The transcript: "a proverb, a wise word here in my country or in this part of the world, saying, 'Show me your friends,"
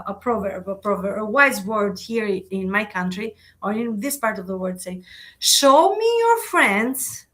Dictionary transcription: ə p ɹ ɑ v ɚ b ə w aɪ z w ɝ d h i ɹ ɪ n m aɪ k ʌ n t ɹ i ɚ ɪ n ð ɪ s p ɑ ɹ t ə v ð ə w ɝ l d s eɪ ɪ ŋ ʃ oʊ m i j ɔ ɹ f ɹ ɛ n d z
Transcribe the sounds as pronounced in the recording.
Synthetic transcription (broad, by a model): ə p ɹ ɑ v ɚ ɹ ə w aɪ z w ɝ d h i ɹ ɪ n m aɪ k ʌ n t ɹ i ɚ ɪ n ð ɪ s p ɑ ɹ t ə v ð ə w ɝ d s eɪ ɪ ŋ ʃ oʊ m i j ɔ ɹ f ɹ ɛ n d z